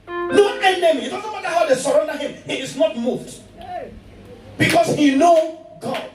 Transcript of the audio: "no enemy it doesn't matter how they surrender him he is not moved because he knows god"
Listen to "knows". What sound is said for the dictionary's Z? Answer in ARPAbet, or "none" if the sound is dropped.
none